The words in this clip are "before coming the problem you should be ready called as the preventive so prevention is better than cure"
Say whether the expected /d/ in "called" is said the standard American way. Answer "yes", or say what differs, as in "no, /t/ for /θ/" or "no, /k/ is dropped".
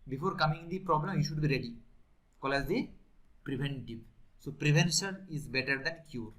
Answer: no, /d/ is dropped